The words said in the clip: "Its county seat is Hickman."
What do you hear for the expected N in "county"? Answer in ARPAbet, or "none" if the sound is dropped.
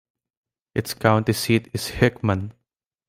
N